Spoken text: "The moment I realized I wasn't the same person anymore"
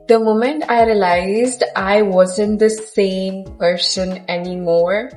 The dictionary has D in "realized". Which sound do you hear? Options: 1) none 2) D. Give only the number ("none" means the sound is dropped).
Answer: 2